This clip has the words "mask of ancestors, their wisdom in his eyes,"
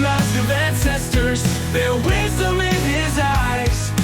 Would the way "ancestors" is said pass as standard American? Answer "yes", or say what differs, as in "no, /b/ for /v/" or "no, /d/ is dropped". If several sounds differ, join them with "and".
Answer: yes